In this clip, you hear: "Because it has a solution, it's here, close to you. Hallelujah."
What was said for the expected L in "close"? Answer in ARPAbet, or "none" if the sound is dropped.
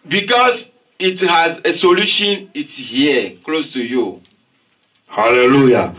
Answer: L